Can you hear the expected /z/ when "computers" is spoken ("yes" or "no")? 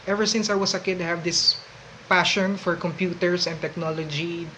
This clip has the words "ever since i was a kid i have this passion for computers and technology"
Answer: no